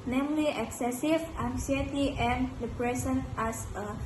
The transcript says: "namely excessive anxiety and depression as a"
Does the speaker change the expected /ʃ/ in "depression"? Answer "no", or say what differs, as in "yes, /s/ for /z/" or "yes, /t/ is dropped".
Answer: yes, /s/ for /ʃ/